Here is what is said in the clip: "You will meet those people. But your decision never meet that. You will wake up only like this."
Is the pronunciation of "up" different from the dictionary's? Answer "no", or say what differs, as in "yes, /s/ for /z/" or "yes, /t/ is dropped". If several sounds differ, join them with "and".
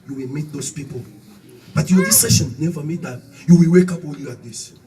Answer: no